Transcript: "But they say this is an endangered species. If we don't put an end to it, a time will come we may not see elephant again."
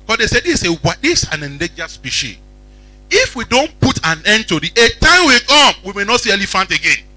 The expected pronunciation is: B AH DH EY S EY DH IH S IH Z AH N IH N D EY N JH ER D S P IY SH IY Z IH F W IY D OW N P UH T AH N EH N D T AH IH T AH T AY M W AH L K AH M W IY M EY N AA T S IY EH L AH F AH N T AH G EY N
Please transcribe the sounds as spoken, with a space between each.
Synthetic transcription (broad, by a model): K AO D EY S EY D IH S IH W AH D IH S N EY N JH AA S P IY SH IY IH F W IY D OW N P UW T AH N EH N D T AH IH T AH T AY M W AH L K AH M W IY M EY N AA T S IY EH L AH F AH N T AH G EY N